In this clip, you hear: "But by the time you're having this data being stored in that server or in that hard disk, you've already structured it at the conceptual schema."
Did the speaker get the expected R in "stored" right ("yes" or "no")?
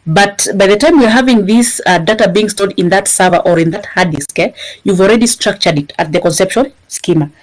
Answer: no